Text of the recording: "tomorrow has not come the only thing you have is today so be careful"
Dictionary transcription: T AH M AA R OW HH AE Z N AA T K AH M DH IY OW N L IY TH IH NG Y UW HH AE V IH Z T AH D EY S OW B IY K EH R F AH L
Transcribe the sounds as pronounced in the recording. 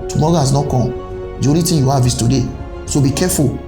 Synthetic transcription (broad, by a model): T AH M AA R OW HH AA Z N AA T K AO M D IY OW L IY T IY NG Y UW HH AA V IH S T AH D EY S OW B IY K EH F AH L